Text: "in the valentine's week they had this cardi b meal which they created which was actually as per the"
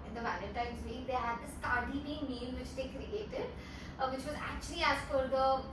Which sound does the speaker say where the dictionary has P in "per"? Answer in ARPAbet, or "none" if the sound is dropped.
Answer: F